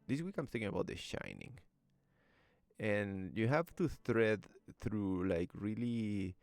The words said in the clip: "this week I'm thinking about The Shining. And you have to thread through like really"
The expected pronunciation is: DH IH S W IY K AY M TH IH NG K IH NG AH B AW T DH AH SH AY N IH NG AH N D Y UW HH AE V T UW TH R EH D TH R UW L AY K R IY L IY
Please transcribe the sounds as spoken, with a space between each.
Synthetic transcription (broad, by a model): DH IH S W IY K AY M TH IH K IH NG AH B AW T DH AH SH AY N IH NG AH N Y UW HH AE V T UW T R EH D TH R UW L AY K R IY L IY